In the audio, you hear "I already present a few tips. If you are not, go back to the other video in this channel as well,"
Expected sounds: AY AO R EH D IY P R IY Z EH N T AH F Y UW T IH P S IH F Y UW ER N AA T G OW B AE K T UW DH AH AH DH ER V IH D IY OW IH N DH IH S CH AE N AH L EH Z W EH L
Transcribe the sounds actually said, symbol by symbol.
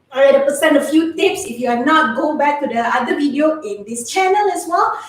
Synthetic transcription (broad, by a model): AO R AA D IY P IY S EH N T AH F Y UW T IH P S IH F Y UW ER N AA T G OW B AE K T UW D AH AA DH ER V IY D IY OW IH N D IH S CH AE N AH L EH S W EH L